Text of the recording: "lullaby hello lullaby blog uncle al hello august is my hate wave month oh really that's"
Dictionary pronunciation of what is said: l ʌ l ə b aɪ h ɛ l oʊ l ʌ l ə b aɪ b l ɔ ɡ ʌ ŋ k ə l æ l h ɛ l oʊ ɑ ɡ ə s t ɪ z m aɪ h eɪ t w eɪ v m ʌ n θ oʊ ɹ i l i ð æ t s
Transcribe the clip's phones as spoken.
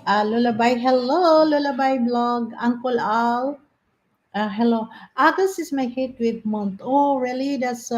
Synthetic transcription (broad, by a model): l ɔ l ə b aɪ h ɛ l oʊ l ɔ l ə b aɪ b l ɔ ɡ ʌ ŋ k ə l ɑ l h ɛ l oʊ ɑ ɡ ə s ɪ s m aɪ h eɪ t w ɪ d m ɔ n t oʊ ɹ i l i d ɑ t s